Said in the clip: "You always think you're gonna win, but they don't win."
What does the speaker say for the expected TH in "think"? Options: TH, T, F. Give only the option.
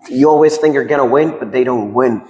TH